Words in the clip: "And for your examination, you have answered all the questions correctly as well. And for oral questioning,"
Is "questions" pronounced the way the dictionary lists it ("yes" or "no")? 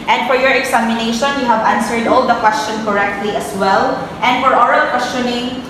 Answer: no